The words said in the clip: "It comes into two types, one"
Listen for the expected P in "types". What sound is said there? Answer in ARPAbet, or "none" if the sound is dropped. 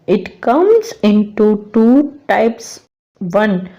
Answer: P